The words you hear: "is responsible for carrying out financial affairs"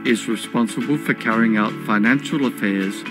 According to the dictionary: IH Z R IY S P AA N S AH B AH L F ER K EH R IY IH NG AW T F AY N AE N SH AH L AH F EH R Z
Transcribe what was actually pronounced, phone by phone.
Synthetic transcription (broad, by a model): IH Z R IY S P AA N S AH B AH L F ER K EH R IY IH NG AW T F AY N AE N SH AH L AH F EH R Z